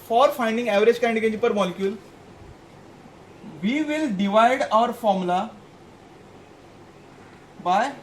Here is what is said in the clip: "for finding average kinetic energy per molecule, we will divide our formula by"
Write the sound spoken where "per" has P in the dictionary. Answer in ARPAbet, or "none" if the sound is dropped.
P